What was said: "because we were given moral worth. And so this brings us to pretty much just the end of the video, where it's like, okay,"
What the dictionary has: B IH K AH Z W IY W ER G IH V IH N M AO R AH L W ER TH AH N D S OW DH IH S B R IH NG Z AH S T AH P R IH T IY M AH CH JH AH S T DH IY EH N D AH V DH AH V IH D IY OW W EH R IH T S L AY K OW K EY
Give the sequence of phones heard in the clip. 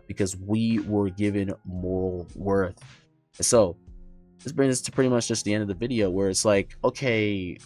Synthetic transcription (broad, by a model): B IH K AH Z W IY W ER G IH V IH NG M AO R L W ER TH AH N S OW DH IH S B R IH NG Z AH S T AH P R IH T IY M AH CH JH AH S T DH IY EH N D AH V DH AH V IH D IY OW W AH R IH T S L AY K OW K EY